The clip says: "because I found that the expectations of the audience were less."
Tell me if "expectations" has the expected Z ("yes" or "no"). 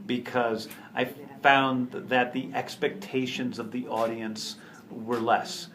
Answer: yes